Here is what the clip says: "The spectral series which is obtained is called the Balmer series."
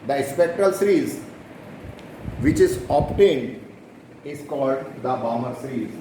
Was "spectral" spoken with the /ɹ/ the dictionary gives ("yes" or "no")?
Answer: yes